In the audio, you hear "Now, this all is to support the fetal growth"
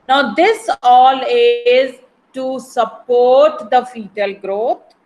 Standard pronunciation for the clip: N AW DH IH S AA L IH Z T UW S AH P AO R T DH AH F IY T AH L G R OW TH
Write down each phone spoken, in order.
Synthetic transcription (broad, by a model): N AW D IH S AA L IH Z T UW S AH P AO R T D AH F IY T AH L G R OW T